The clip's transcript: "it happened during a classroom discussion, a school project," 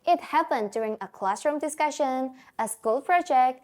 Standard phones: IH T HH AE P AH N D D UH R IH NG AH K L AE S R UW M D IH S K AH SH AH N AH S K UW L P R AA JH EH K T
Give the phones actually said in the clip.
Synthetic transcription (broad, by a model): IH T HH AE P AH N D D UH R IH NG AH K L AE S R UW M D IH S K AH SH AH N AH S K UW L P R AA JH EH K T